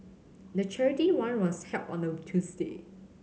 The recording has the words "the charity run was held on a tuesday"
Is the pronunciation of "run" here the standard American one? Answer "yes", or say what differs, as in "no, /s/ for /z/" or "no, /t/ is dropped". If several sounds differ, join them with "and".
no, /w/ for /ɹ/